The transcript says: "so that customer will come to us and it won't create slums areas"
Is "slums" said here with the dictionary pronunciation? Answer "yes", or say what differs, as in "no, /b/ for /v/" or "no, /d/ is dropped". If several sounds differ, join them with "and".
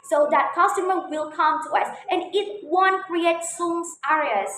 no, /l/ is dropped